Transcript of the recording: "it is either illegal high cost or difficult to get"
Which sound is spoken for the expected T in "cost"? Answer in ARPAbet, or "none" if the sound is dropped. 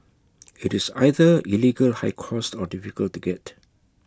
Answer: T